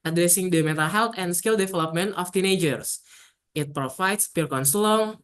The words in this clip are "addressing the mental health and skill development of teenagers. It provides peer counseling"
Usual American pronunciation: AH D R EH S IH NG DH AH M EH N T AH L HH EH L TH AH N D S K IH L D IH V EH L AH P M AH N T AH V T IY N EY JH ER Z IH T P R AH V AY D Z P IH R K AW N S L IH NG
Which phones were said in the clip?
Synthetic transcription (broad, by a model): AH D R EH S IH NG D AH M EH N T AH L HH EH L T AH N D S K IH L D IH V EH L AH P M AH N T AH F T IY N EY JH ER S IH T P R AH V AY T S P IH R K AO N S L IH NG